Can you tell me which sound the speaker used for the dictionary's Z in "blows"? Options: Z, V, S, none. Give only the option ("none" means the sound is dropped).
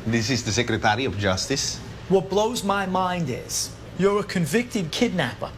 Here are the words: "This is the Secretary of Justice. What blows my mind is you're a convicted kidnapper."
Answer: Z